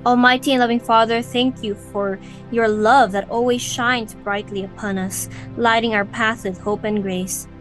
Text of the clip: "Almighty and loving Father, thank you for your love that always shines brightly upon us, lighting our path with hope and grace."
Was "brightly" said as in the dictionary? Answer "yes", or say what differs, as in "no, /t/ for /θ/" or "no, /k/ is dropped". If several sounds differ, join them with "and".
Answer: yes